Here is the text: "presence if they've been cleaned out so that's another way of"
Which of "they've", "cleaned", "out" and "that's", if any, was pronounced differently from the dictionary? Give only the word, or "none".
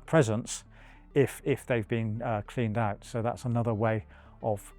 none